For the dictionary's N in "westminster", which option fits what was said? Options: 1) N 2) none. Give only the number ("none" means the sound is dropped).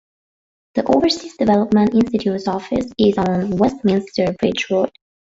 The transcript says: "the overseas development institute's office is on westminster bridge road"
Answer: 1